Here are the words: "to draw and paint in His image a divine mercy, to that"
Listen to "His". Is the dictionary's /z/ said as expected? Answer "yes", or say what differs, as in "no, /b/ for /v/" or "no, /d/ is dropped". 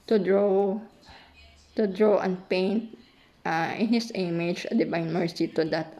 no, /s/ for /z/